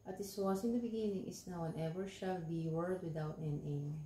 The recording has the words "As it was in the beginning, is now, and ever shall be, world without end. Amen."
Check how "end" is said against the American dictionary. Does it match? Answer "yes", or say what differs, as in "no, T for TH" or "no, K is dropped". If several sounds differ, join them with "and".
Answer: no, D is dropped